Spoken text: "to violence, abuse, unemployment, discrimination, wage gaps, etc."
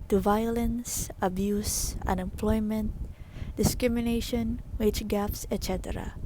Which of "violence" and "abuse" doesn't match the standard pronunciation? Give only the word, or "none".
none